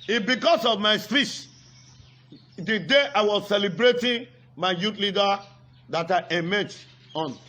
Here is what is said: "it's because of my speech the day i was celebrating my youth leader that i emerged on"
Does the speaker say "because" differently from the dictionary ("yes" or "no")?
yes